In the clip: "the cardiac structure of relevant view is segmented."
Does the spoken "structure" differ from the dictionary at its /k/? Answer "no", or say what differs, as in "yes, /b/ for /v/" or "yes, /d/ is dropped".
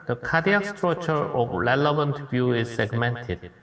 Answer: yes, /k/ is dropped